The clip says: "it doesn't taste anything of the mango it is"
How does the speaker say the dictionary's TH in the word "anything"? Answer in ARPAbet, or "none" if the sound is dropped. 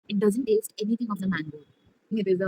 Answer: T